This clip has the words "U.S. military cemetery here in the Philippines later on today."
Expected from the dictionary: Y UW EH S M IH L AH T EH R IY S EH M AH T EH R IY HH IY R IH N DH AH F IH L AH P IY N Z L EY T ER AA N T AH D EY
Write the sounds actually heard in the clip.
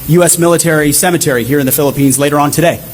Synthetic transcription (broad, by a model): Y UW EH S M IH L AH T EH R IY S EH M AH T EH R IY HH IY R IH N DH AH F IH L AH P IY N Z L EY T ER AA N T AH D EY